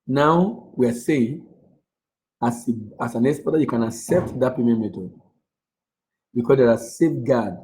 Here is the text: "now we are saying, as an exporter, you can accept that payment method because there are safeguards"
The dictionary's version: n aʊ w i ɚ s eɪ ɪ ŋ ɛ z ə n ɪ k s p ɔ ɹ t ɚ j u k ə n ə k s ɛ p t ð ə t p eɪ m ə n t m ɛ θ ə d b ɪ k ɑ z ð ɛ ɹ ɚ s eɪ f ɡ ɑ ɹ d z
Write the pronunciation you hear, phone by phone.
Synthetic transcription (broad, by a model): n aʊ w i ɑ s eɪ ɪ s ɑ s ə n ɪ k s b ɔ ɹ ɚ j u k ə n ə k s ɛ p t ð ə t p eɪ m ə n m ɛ t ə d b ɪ k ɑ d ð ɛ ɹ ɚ s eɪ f ɡ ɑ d